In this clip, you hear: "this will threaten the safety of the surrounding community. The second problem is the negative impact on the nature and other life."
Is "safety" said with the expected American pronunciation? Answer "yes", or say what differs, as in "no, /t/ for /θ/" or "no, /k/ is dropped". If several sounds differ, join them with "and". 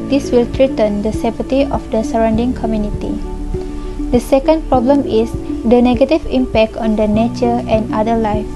no, /p/ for /f/